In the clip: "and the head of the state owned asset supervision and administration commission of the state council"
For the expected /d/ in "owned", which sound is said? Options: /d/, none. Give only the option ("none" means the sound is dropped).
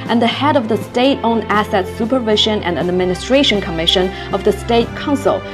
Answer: none